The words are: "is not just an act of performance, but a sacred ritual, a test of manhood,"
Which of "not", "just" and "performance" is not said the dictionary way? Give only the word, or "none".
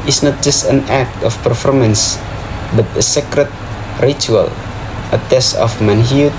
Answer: none